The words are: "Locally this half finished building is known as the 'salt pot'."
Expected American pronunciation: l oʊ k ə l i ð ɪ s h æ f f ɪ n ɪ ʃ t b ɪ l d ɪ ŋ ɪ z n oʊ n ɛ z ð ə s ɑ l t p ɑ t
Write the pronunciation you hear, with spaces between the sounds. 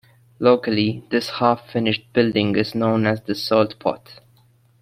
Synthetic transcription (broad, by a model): l oʊ k ə l i ð ɪ s h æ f f ɪ n ɪ ʃ t b ɪ l d ɪ ŋ ɪ z n oʊ n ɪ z ð ə s ɑ l t p ɑ t